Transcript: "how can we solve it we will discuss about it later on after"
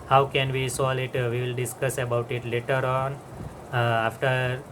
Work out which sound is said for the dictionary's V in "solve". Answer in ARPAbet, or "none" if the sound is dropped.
none